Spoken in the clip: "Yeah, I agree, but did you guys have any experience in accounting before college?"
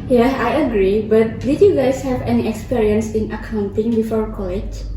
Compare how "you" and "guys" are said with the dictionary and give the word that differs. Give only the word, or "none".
guys